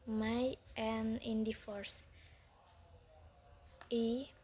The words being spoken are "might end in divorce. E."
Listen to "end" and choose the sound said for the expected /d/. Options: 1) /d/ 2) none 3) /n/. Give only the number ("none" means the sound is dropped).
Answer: 2